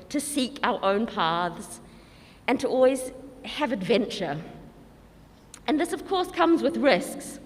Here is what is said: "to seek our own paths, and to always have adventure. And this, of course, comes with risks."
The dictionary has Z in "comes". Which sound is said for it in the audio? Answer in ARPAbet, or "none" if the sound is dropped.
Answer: Z